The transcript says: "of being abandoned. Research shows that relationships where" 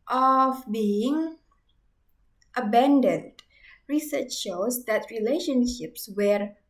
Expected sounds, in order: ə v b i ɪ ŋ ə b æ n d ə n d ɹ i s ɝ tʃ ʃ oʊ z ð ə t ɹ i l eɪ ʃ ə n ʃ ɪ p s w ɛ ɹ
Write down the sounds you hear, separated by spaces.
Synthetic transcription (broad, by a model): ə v b i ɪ ŋ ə b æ n d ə n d ɹ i s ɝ tʃ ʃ oʊ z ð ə t ɹ i l eɪ ʃ ə n ʃ ɪ p s w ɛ ɹ